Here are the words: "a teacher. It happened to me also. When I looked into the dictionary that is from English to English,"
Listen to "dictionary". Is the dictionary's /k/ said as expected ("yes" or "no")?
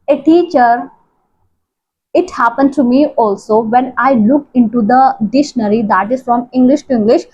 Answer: no